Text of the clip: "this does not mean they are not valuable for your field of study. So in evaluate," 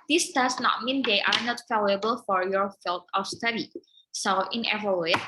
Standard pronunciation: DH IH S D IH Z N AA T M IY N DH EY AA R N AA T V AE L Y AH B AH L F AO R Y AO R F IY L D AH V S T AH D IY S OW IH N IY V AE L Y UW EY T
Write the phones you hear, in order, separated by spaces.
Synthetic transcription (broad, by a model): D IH S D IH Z N AA T M IY N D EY AA R N AA T F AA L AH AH B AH L F AO R Y AO R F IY L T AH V S T AH D IY S OW IH N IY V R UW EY